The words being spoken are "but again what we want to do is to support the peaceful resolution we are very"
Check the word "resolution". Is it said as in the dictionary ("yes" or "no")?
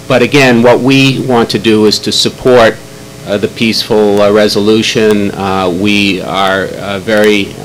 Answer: yes